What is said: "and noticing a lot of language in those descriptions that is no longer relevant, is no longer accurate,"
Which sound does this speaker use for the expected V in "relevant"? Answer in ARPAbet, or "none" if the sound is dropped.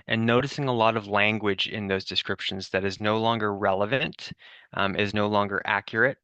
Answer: V